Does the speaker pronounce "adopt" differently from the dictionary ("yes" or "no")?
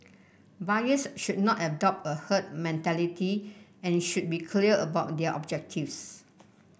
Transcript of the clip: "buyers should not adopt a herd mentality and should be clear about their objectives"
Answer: no